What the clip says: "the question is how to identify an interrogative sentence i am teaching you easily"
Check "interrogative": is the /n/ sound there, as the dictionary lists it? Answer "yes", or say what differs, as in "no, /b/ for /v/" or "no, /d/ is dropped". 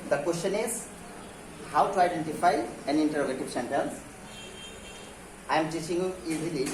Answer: yes